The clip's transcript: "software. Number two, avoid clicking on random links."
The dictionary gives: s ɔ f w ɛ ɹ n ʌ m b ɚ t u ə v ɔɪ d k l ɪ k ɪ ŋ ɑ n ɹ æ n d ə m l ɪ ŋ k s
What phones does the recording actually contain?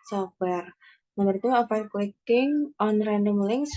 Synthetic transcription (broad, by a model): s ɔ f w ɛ ɹ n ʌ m ɚ t u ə f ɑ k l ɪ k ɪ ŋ ɑ n ɹ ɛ n d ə m l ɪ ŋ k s